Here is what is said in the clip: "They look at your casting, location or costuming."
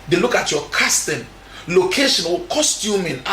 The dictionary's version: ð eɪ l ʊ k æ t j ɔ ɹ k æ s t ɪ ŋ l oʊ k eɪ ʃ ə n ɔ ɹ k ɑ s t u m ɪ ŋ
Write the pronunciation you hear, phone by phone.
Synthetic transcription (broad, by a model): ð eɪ l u k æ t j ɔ k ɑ s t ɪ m l oʊ k eɪ ʃ ə n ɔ l k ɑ s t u m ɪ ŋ